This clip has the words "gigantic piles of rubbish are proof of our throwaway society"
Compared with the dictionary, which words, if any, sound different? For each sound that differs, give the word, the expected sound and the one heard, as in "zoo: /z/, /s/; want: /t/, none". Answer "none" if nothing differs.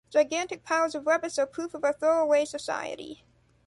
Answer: rubbish: /ʃ/, /s/